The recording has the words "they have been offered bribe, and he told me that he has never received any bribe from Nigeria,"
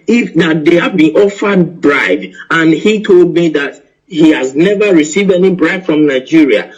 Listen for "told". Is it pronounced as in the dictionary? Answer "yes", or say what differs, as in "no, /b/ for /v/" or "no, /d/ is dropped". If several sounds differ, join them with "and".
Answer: yes